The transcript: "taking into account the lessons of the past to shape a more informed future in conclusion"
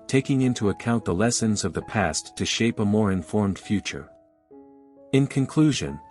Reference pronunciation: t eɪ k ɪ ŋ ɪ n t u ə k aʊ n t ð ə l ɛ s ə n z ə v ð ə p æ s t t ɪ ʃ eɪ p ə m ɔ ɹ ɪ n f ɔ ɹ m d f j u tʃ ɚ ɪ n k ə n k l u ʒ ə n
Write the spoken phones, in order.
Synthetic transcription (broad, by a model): t eɪ k ɪ ŋ ɪ n t u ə k aʊ n ð ə l ɛ s ə n z ə v ð ə p æ s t t ɪ ʃ eɪ p ə m ɔ ɹ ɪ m f ɔ ɹ m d f j u tʃ ɚ ɪ n k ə n k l u ʒ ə n